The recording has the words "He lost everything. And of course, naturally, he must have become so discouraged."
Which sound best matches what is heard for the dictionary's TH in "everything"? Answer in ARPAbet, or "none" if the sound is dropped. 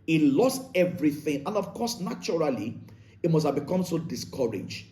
TH